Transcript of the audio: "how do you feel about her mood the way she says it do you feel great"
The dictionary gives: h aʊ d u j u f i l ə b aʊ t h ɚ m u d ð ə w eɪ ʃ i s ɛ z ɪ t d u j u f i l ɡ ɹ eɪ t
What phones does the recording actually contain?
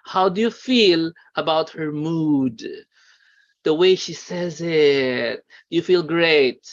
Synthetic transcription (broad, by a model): h aʊ d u j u f i l ə b aʊ t h ɚ m u d ð ə w eɪ ʃ i s ɛ z ɪ t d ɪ j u f i l ɡ ɹ eɪ t